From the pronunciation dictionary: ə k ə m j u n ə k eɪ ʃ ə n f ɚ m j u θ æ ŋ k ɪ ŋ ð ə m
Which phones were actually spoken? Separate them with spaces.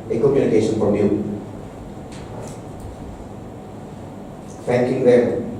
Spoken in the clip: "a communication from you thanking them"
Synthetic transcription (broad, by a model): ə k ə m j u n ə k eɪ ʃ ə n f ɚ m j u f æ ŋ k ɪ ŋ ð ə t